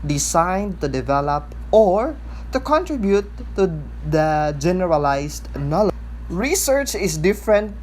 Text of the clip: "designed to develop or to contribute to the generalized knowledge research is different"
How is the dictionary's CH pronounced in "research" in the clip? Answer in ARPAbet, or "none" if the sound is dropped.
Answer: CH